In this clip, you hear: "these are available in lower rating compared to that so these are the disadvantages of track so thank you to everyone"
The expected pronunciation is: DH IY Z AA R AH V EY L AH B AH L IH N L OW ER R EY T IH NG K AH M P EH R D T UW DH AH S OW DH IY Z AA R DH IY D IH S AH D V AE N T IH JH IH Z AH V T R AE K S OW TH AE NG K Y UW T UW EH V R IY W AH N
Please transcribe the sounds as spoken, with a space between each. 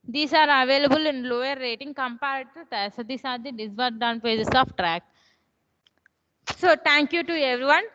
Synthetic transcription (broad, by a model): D IY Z AA R AH V EY L AH B AH L IH N L OW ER R EY T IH NG K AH M P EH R D T UW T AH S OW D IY S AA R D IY D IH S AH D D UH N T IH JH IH S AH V T R AE K S OW T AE NG K Y UW T UW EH V R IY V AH N